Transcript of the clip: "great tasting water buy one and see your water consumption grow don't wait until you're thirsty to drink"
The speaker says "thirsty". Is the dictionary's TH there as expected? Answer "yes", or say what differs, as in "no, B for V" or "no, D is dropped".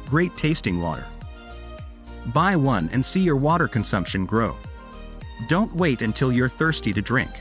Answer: yes